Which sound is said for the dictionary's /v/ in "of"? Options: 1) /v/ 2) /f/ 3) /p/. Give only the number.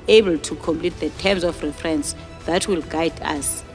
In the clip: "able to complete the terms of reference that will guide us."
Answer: 2